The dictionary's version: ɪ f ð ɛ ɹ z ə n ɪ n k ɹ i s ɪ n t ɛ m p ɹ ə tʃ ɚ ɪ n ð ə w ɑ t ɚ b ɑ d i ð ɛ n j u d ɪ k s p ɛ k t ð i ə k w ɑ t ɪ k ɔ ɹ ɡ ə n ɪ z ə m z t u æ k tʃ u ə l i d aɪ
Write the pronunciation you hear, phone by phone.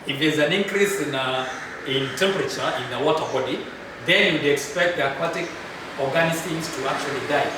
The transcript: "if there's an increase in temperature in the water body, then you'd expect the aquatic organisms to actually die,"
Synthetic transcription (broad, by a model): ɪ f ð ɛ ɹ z ə n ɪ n k ɹ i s ɪ n t ɛ m p ɹ ə tʃ ɚ ɪ n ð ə w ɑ t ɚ b ɑ d i ð ɛ n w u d ɪ k s p ɛ k t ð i ə k w ɑ t ɪ k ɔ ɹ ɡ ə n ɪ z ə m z t u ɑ k tʃ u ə l i d aɪ